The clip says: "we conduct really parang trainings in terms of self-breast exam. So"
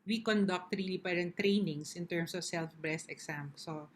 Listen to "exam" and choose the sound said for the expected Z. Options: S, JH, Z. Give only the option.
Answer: S